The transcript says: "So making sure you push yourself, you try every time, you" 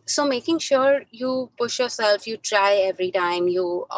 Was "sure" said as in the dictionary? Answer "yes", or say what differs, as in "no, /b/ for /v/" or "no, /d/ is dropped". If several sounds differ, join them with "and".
yes